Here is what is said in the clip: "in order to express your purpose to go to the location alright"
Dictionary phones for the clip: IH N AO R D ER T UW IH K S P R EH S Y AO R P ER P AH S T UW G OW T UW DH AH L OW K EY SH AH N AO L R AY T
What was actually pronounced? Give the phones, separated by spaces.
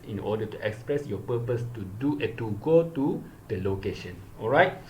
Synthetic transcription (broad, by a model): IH N AO D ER T UW IH K S P R EH S Y AO P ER P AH S T UW G OW T UW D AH L OW K EY SH AH N AO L R AY T